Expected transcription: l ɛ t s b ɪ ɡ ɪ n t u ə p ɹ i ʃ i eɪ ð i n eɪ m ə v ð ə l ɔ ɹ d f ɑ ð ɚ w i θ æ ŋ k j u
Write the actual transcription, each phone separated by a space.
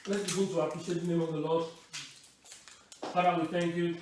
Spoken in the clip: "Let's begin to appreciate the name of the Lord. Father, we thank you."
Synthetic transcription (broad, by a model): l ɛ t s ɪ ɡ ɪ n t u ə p i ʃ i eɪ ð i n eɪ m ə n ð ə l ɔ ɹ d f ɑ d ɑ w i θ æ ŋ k j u